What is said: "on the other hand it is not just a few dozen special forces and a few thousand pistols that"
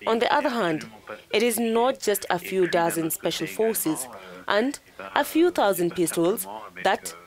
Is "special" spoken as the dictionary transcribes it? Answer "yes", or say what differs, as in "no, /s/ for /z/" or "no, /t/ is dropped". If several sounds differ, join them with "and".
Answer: yes